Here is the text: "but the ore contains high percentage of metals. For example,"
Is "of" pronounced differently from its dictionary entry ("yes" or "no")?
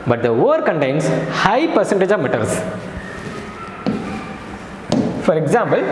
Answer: no